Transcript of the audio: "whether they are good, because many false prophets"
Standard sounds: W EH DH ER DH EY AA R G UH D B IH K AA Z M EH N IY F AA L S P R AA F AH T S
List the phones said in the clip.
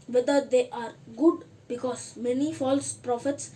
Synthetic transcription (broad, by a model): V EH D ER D EY AA R G UH D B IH K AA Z M EH N IY F AA L S P R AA F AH T S